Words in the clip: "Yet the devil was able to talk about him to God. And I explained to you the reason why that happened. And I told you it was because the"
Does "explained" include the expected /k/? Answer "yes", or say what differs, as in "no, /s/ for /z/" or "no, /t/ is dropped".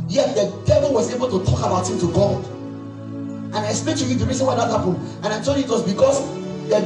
no, /k/ is dropped